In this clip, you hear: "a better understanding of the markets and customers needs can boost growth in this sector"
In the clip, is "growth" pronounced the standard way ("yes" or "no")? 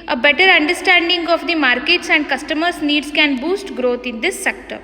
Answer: no